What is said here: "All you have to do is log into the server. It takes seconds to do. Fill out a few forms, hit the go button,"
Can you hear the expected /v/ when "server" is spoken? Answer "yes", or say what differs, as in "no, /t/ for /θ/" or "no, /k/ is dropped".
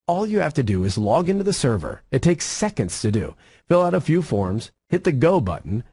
yes